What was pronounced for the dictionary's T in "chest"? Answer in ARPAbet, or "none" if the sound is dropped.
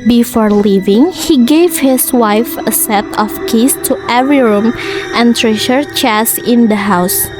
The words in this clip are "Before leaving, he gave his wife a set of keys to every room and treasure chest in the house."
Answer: none